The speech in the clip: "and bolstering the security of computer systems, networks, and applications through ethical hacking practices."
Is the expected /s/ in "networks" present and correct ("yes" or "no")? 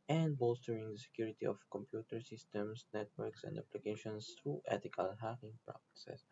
yes